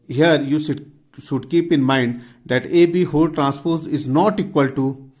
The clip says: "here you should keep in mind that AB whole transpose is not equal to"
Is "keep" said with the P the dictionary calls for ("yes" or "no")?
yes